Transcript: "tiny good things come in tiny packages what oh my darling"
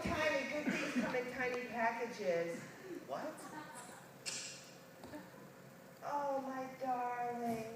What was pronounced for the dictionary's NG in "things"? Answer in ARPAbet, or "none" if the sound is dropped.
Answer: none